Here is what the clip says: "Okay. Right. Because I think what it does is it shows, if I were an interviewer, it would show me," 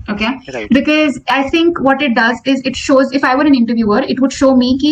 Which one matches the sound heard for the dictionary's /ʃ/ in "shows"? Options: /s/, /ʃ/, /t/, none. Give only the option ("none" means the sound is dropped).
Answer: /ʃ/